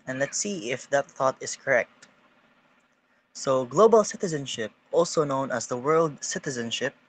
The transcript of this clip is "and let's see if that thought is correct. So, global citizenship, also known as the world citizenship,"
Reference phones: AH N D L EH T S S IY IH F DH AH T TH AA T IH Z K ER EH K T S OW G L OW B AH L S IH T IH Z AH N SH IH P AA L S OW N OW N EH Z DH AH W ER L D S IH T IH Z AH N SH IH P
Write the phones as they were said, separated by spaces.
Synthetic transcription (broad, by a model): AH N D L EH T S S IY IH F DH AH T TH AA T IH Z K ER EH K T S OW G L OW B AH L S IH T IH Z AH N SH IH P AA L S OW N OW N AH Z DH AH W ER L D S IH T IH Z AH N SH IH P